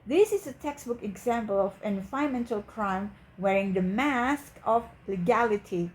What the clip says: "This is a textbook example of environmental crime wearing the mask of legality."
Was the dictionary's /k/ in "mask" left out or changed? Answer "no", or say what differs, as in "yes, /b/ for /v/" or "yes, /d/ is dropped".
no